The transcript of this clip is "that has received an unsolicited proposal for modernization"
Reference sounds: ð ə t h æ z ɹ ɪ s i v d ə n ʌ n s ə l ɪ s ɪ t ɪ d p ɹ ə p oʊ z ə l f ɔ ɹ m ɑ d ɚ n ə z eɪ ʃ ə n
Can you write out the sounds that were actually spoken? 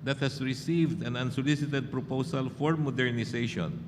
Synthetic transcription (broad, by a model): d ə t h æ s ɹ ɪ s i v d ə n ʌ n s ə l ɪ s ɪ t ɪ d p ɹ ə p oʊ s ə l f ɔ ɹ m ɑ d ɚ n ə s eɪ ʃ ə n